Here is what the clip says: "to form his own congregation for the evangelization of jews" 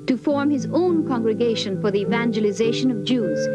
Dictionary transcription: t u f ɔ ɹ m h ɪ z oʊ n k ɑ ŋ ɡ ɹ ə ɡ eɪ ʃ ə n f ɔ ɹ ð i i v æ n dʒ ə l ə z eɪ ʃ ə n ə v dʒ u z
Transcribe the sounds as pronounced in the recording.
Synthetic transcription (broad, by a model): t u f ɔ ɹ m h ɪ z oʊ n k ɑ ŋ ɡ ɹ ə ɡ eɪ ʃ ə n f ɔ ɹ ð i i v æ n dʒ ə l ə z eɪ ʃ ə n ə v dʒ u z